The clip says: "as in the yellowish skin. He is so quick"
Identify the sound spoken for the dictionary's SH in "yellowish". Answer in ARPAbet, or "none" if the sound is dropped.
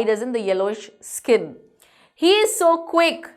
SH